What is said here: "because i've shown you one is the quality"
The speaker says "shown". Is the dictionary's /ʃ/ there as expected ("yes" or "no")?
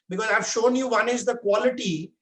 yes